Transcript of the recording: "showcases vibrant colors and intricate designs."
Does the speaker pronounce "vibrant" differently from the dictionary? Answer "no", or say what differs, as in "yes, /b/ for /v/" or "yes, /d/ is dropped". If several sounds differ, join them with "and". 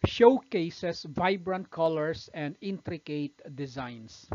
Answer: no